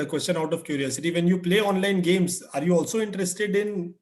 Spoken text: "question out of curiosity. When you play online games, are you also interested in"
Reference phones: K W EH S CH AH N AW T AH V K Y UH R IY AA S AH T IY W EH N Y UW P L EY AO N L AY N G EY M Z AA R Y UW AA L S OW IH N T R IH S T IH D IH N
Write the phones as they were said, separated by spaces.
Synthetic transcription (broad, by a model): K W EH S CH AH N AW T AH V K Y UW R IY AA S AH T IY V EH N Y UW P L EY AO N L AY N G EY M S AA R Y UW AA L S OW IH N T R IH S T IH D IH N